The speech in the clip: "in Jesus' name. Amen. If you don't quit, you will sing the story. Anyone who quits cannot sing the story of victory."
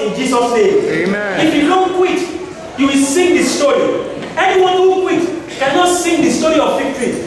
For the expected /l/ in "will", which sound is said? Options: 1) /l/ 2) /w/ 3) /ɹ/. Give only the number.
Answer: 1